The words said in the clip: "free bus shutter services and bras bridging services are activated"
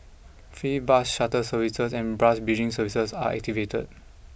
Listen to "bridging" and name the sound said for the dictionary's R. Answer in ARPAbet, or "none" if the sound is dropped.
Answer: none